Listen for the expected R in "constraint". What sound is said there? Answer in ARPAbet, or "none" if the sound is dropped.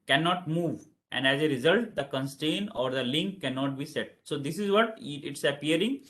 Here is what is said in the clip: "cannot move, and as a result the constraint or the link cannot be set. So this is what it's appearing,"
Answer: none